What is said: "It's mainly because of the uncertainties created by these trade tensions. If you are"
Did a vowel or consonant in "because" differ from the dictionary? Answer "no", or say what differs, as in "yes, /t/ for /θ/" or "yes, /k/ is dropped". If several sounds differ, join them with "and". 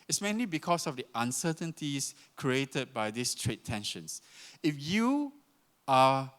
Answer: yes, /s/ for /z/